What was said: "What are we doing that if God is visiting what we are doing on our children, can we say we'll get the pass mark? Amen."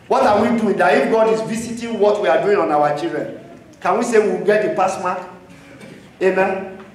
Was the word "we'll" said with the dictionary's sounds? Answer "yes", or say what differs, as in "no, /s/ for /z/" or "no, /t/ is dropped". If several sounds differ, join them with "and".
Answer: no, /w/ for /l/